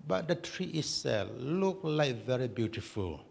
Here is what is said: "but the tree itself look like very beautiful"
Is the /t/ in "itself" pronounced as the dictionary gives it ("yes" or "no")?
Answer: no